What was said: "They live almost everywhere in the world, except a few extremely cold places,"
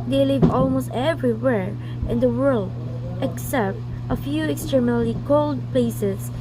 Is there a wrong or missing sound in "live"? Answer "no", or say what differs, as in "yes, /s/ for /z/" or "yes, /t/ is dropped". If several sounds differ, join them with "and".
no